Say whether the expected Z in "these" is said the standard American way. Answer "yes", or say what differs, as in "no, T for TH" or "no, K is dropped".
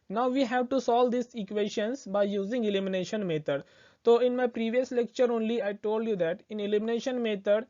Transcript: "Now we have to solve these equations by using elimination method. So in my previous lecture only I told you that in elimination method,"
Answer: no, S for Z